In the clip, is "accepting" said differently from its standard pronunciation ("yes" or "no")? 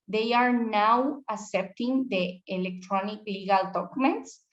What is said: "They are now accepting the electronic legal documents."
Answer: yes